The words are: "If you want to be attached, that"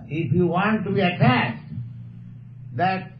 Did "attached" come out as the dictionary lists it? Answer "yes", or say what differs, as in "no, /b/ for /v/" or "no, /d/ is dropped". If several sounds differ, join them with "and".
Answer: no, /s/ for /tʃ/